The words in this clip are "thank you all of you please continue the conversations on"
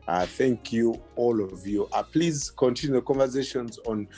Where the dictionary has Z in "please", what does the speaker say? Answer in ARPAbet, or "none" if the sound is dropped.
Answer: Z